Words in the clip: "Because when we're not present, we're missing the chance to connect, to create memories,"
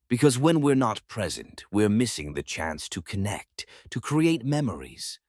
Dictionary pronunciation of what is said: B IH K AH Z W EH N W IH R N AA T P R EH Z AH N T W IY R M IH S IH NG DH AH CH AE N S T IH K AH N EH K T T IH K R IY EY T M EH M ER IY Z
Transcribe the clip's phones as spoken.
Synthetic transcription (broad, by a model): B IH K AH Z W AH N W IH R N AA T P R EH Z AH N T W IY R M IH S IH NG DH AH CH AE N S T IH K AH N EH K T T IH K R IY EY T M EH M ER IY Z